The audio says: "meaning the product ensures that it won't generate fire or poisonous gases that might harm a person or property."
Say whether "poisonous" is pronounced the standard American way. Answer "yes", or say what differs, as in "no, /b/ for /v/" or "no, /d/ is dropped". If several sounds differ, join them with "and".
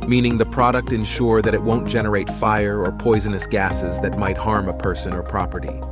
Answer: yes